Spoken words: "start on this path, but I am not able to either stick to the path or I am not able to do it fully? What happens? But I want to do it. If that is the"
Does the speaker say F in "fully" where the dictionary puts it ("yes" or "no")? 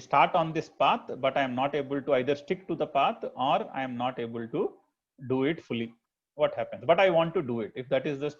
yes